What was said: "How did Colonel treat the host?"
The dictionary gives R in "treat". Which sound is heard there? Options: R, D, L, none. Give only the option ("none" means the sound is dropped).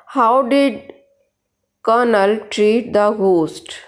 R